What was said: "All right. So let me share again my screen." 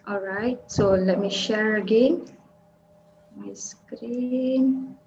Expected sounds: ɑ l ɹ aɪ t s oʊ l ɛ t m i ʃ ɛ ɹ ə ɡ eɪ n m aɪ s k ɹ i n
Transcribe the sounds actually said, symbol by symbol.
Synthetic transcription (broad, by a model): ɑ l ɹ aɪ t s oʊ l ɛ t m i ʃ ɛ ɹ ə ɡ eɪ n m aɪ s k ɹ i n